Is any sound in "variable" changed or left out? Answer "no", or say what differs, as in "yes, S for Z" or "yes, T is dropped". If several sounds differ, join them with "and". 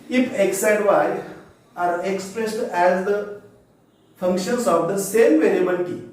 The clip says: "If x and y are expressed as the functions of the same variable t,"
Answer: yes, N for L